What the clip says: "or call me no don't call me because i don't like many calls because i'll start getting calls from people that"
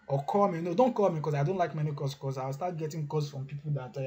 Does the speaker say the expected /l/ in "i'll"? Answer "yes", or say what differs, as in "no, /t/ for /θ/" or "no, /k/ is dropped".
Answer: no, /w/ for /l/